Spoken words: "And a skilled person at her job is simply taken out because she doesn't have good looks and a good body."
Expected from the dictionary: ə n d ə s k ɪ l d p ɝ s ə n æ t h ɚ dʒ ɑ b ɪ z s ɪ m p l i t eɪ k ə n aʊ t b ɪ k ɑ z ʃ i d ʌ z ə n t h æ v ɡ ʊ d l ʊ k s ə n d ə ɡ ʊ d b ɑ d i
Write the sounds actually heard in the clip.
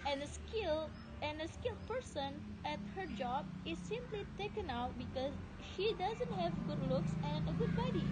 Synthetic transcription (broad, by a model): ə n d ə s k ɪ l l p ɝ s ə n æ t h ɚ dʒ ɑ b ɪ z s ɪ m p l i t eɪ k ə n aʊ t b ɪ k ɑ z ʃ i d ʌ z ə n t h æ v ɡ ʊ d l ʊ k s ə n ə ɡ ʊ d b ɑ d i